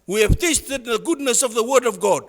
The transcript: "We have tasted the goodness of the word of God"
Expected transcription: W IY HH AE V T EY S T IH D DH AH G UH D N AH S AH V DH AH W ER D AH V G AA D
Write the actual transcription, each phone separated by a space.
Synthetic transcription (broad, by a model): W IY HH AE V T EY S T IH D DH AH G UH D N AH S AH V DH AH W ER D AH V G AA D